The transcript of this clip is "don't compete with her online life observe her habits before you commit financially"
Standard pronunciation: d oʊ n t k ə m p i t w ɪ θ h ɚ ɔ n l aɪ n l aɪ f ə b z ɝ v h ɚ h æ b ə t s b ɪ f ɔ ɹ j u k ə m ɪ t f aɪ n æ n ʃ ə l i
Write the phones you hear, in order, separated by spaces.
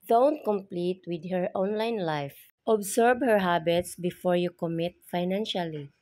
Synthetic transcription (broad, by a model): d oʊ n t k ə m p i t w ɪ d h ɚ ɔ n l aɪ n l aɪ f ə b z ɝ b h ɚ h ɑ b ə t s b ɪ f ɔ ɹ j u k ə m ɪ t f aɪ n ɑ n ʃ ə l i